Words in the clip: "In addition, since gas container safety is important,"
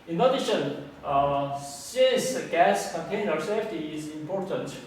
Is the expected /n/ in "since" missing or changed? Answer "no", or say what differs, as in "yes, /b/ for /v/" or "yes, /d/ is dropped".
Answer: yes, /n/ is dropped